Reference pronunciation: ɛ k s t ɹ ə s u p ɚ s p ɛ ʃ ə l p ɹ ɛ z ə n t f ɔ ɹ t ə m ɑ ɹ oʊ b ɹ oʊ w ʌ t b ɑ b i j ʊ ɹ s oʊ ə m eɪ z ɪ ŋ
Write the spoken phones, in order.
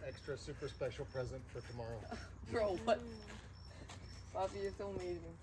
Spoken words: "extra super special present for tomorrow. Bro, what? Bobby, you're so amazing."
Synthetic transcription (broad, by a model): ɛ k s t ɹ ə s u p ɚ s p ɛ ʃ l p ɹ ɛ z ə n t f ɔ ɹ t ə m ɑ ɹ oʊ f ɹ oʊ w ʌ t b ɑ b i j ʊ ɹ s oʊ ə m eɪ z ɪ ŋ